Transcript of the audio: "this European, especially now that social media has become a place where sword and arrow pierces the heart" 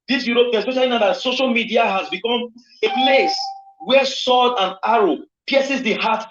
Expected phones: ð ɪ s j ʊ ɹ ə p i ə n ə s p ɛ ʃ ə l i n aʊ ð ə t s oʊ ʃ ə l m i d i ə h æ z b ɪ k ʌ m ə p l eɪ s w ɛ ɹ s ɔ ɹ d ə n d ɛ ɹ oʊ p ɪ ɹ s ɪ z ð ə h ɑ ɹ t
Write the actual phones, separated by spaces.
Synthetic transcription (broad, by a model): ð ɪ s j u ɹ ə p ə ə s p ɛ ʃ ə l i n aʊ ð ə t s oʊ ʃ ə l m i d i ə h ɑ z b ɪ k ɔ m ə p l eɪ s w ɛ s ɔ l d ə n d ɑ ɹ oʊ p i s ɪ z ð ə h ɑ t